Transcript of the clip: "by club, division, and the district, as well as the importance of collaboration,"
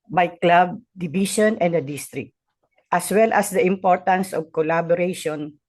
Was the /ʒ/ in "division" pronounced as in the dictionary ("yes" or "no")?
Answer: no